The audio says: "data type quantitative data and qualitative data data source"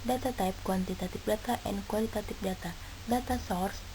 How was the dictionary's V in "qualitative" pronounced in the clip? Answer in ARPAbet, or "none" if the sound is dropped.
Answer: P